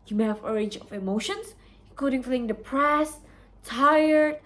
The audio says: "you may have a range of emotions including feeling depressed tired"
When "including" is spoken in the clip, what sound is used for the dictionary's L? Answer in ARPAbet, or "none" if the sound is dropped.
none